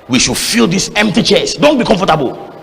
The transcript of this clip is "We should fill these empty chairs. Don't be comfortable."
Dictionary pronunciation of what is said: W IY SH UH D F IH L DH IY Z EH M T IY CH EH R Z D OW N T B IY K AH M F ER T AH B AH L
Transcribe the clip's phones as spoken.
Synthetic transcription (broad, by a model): W IY SH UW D F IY L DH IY S EH M T IY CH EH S D OW N T B IY K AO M F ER T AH B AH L